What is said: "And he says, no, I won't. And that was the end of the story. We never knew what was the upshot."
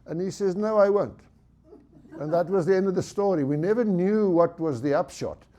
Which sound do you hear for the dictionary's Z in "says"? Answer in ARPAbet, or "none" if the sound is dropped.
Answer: Z